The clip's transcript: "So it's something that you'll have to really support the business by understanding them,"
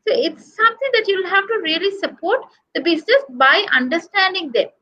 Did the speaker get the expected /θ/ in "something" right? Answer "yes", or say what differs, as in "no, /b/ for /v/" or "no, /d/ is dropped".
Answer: no, /t/ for /θ/